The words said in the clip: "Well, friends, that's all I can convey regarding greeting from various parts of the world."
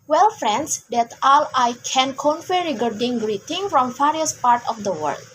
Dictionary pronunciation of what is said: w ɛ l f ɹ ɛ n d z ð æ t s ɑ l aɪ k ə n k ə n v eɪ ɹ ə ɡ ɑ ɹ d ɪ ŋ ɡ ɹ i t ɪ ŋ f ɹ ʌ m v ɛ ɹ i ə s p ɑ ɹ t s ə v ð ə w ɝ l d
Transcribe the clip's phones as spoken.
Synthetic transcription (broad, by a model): w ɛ l f ɹ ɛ n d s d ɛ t ɑ l aɪ k ə n k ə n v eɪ ɹ ə ɡ ɑ ɹ d ɪ ŋ ɡ ɹ i t ɪ ŋ f ɹ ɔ m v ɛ ɹ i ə s p ɑ ɹ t ə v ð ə w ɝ l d